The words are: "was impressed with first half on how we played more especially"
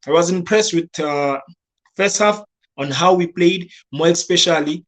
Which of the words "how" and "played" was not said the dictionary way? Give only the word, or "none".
none